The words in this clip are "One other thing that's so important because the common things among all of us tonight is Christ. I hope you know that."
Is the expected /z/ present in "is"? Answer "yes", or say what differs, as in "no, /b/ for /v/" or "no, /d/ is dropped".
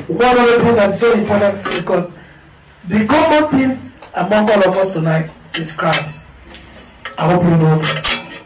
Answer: no, /s/ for /z/